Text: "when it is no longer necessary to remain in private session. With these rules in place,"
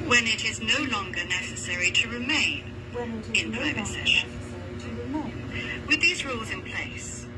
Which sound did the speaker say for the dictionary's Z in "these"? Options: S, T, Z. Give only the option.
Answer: Z